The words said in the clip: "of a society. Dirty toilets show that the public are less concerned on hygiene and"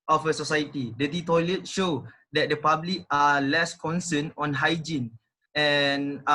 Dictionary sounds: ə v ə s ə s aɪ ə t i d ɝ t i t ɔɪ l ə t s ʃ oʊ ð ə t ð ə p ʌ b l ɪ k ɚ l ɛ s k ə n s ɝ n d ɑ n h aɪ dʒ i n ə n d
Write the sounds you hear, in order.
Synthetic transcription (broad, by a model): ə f ə s ə s aɪ ə t i d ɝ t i t ɔɪ l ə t ʃ oʊ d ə t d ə p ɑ b l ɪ k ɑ l ɛ s k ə n s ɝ n ɑ n h aɪ dʒ i n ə n